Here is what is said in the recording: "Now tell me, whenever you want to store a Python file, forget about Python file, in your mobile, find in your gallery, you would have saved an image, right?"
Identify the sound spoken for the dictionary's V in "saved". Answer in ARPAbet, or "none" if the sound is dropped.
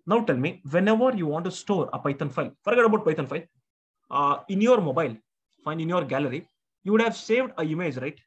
V